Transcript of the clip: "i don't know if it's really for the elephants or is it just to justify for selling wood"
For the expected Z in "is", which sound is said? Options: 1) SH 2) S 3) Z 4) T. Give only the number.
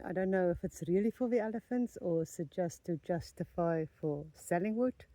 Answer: 2